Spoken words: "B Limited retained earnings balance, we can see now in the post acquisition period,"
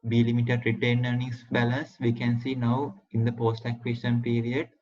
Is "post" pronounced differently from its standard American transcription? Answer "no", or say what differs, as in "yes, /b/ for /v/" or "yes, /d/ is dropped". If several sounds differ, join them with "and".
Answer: no